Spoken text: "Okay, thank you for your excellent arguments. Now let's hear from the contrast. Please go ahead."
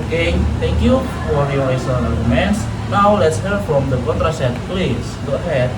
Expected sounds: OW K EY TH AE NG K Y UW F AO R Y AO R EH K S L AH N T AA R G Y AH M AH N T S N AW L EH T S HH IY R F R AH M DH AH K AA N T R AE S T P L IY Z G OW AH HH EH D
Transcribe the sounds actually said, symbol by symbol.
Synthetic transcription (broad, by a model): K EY T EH NG K Y UW F AO R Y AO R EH S AH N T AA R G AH M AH N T S N AW L EH T S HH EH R F R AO M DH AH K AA N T R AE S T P L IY S G OW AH HH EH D